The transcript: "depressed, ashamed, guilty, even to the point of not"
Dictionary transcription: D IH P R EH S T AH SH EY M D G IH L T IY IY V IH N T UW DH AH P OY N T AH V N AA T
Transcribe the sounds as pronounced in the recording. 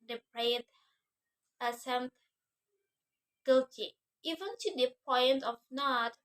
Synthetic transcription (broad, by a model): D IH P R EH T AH S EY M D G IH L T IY IY V IH N T UW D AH P OY N T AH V N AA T